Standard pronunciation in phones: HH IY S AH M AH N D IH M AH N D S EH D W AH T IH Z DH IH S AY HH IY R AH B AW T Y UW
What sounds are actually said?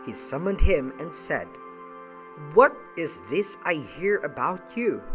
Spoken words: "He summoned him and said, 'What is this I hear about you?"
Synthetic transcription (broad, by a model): HH IY S AH M AH N D IH M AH N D S EH D W AH T IH Z DH IH S AY HH IY R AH B AW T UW